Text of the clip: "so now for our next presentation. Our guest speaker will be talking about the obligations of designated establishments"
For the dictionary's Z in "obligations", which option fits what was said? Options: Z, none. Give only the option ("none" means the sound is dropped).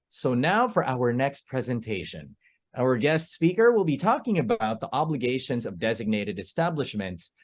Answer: Z